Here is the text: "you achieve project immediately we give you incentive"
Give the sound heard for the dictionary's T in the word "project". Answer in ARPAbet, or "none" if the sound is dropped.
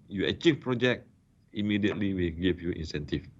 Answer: none